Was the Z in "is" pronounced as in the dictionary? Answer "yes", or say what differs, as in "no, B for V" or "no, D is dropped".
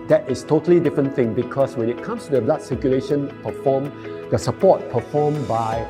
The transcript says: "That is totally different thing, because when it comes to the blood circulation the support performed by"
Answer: no, S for Z